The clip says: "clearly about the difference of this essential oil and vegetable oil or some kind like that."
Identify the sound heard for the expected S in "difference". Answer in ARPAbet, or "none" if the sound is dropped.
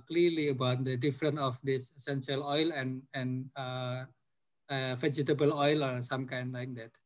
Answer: none